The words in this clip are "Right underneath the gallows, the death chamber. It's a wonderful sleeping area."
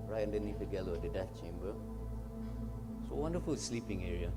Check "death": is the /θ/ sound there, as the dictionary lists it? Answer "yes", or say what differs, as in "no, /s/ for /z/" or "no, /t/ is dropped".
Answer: no, /f/ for /θ/